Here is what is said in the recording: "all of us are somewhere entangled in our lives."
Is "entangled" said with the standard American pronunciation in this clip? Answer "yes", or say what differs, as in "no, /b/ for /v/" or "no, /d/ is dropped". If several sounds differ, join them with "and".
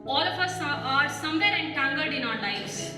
no, /l/ is dropped